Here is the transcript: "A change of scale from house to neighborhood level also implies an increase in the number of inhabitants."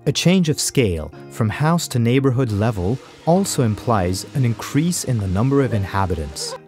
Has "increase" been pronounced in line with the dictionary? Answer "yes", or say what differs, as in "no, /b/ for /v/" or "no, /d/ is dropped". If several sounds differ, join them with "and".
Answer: yes